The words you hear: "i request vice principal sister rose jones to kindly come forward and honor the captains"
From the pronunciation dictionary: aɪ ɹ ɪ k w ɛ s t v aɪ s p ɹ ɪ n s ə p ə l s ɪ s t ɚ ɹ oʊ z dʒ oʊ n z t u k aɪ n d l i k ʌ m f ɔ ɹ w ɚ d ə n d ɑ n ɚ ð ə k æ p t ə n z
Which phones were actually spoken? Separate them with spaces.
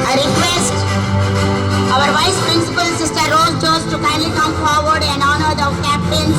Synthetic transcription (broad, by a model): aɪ ɹ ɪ k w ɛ s t v aɪ s p ɹ ɪ n s ə p ə l s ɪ s t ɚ ɹ oʊ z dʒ oʊ z t u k aɪ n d l i k ʌ m f ɔ ɹ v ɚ d ə n d ɑ n ɚ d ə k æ p t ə n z